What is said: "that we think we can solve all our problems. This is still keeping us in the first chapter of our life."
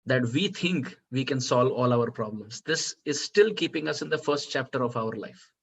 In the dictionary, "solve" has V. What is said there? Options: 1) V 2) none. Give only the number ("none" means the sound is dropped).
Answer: 1